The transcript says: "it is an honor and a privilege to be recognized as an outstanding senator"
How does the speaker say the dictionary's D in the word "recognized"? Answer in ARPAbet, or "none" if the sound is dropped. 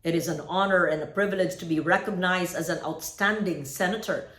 D